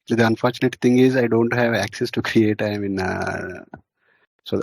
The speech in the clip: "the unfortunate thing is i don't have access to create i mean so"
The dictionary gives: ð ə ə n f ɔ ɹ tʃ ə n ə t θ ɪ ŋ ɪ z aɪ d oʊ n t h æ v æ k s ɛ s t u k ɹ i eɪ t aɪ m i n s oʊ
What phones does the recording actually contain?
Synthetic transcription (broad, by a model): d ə ə n f ɔ ɹ tʃ ə n ə t t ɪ ŋ ɪ z aɪ d oʊ n t h æ v æ k s ɛ s t u k ɹ i eɪ t aɪ m i n s oʊ